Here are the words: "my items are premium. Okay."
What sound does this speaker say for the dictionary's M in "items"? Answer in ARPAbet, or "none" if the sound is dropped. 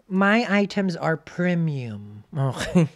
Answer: M